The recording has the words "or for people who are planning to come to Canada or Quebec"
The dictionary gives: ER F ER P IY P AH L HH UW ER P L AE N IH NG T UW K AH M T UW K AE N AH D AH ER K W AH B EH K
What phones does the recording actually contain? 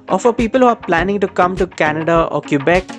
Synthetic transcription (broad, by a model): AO F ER P IY P AH L HH UW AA P L AE N IH NG T UW K AH M T UW K AE N AH D AH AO K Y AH B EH K